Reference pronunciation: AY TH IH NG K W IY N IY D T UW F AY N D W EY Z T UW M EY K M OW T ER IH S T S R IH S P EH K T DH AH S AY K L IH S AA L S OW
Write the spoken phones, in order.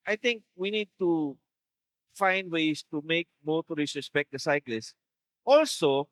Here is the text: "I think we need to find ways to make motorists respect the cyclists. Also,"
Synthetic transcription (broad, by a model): AY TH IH NG K W IY N IY D T UW F AY N D W EY S T UW M EY K M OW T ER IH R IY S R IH S P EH K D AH S AY K L IH S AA L S OW